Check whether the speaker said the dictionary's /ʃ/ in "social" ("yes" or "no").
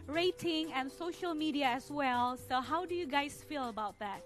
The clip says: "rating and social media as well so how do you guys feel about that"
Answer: yes